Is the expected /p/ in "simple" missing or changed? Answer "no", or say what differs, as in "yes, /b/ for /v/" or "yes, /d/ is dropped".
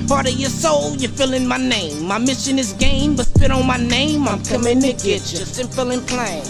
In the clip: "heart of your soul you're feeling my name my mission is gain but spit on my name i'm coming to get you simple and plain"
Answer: yes, /f/ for /p/